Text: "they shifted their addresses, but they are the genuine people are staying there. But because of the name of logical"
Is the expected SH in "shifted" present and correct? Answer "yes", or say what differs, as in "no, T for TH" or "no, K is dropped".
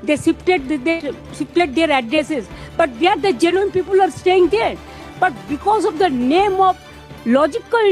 no, S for SH